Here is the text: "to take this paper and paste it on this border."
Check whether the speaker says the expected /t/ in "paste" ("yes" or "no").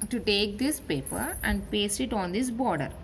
no